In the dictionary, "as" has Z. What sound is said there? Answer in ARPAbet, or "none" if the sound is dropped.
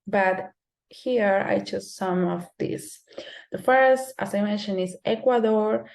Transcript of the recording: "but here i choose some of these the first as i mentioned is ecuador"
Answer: S